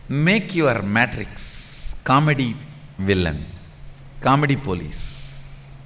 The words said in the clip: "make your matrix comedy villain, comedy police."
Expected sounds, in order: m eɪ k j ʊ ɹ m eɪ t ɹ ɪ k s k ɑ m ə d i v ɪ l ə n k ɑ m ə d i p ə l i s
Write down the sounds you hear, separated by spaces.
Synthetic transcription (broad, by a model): m eɪ k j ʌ ɹ m eɪ t ɹ ɪ k s k ɑ m ə d i v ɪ l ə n k ɑ m ə d i p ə l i s